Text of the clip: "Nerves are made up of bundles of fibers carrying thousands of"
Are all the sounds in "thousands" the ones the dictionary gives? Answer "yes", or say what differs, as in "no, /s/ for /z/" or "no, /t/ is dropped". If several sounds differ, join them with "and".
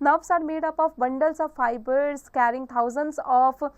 no, /t/ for /θ/